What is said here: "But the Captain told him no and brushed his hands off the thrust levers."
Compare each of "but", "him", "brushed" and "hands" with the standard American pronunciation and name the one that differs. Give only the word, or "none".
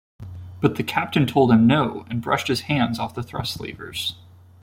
none